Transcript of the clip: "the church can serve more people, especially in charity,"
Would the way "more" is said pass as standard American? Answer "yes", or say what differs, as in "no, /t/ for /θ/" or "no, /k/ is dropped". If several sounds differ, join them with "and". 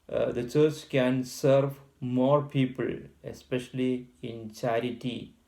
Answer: yes